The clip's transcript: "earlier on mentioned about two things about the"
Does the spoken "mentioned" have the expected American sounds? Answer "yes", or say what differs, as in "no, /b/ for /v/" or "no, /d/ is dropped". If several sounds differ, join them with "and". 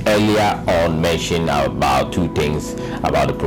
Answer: no, /d/ is dropped